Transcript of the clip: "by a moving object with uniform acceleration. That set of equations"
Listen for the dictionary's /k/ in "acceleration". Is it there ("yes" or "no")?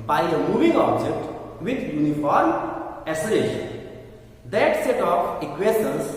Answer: no